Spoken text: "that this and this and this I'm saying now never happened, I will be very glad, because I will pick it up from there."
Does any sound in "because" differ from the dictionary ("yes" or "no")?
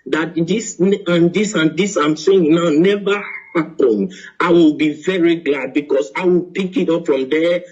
yes